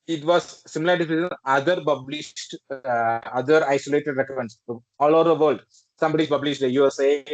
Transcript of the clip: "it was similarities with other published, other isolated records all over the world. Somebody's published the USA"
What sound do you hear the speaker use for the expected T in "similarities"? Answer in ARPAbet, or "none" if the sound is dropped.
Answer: S